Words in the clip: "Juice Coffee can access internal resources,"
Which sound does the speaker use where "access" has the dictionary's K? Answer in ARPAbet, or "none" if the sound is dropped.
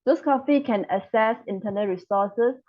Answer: none